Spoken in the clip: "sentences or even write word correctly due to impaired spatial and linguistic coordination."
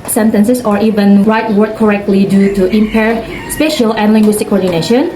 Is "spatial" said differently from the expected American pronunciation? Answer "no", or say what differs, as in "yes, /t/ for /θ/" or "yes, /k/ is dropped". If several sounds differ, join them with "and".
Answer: no